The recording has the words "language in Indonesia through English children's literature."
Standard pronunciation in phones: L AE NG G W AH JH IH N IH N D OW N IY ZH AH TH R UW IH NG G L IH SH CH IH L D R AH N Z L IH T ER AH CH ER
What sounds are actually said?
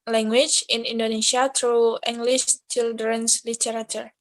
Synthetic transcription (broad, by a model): L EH NG G W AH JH IH N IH N D OW N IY SH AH T R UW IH NG G L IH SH CH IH L D R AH N S L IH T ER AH CH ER